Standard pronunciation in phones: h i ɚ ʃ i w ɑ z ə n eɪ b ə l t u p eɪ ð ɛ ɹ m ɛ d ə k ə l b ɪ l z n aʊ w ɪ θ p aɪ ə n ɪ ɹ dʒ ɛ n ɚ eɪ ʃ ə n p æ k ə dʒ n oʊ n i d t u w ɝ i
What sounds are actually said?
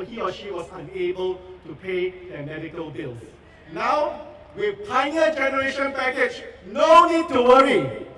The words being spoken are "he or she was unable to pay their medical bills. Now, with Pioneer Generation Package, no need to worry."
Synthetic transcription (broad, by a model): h i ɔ ʃ i w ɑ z ə n eɪ b ə l t u p eɪ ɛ m ɛ d ə k ə l b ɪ l n aʊ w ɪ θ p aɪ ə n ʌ dʒ ɛ n ɚ eɪ ʃ ə n p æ k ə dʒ n oʊ n i d t u w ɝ i